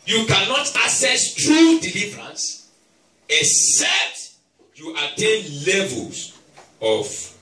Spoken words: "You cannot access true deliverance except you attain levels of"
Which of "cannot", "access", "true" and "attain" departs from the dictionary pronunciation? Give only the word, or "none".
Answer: access